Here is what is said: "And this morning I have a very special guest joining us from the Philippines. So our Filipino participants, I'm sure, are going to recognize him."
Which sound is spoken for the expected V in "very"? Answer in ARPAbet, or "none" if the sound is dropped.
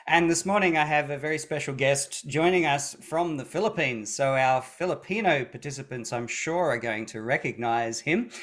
V